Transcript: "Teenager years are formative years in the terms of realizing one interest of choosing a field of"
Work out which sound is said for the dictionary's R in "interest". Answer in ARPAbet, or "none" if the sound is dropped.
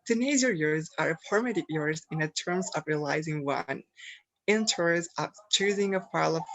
none